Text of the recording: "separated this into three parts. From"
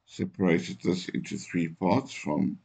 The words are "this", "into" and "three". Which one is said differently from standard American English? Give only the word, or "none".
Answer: none